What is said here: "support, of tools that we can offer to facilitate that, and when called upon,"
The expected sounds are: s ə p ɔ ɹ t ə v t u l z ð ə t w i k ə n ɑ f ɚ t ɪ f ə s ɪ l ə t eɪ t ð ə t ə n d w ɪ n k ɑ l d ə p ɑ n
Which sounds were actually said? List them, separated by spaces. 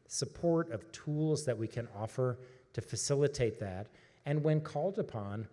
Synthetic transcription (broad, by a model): s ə p ɔ ɹ t ə v t u l z ð ə t w i k ə n ɑ f ɚ t ɪ f ə s ɪ l ə t eɪ t ð ə t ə n w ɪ n k ɑ l d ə p ɑ n